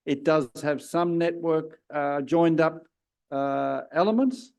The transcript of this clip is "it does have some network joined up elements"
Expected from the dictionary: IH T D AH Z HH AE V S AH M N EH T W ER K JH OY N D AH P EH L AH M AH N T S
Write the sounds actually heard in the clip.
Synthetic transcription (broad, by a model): IH T D AH Z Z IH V S AH M N EH T W ER K JH OY N D AH P EH L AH M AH N T S